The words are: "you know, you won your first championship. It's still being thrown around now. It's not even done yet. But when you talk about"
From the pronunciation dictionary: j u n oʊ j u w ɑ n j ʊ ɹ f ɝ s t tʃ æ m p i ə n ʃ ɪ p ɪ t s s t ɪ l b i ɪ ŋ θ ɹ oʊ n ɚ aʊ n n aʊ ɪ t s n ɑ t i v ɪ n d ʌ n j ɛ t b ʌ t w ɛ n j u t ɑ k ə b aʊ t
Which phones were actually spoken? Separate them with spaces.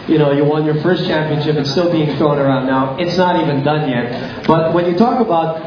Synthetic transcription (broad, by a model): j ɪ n oʊ j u w ɑ n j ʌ ɹ f ɝ s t tʃ æ m p i ə n ʃ ɪ p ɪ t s s t ɪ l b i ɪ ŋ t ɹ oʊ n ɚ aʊ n n aʊ ɪ t s n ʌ t i v ɪ n d ʌ n j ɛ t b ʌ t w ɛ n j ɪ t ɑ k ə b aʊ t